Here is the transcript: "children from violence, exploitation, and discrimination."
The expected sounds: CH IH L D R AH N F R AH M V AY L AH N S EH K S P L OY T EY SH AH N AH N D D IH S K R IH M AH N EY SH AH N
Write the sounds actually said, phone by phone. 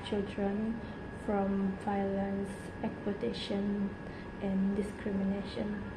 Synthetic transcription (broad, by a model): CH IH L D R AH N F R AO M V AY L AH N S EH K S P OY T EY SH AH N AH N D D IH S K R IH M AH N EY SH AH N